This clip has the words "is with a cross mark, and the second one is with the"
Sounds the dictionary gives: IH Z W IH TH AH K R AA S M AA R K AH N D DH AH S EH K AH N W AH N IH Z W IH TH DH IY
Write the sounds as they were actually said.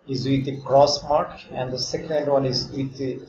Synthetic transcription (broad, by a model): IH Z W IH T AH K R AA S M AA R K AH N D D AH S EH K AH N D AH L IH Z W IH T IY